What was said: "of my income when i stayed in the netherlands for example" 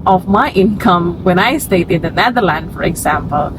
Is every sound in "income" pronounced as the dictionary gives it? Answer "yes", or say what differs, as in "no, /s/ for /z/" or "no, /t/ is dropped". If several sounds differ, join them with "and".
yes